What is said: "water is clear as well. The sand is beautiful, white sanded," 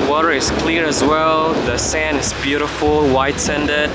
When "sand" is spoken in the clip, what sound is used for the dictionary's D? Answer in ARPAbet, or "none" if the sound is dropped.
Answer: none